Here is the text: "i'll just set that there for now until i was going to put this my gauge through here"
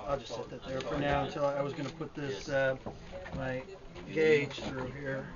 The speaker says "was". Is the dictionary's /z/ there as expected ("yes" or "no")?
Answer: yes